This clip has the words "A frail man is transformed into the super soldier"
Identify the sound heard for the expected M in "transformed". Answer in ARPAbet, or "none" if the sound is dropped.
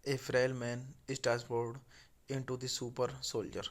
none